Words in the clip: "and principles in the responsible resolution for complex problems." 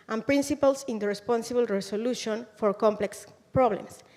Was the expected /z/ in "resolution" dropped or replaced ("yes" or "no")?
yes